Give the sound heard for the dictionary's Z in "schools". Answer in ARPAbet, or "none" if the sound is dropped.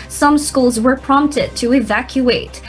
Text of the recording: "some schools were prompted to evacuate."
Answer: Z